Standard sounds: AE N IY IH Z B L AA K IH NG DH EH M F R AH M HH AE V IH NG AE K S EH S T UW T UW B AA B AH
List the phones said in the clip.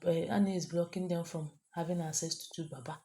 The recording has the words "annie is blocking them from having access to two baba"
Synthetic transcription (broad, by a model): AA N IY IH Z B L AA K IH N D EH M F R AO M HH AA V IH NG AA S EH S T UW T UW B AA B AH